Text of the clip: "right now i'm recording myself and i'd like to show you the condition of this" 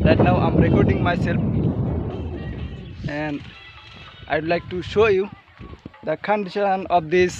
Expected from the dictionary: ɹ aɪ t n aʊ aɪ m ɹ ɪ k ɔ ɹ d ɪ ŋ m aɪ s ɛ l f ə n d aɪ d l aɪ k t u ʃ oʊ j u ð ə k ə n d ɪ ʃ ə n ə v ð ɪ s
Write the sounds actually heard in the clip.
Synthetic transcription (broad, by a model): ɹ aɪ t n aʊ aɪ m ɹ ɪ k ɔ ɹ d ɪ ŋ m aɪ s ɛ l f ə n d aɪ d l aɪ k t u ʃ oʊ j u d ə k ə n d ɪ ʃ ə n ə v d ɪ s